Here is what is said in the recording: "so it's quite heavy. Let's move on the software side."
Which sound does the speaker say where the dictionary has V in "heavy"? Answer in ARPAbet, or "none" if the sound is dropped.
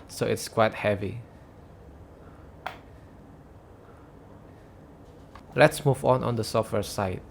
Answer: V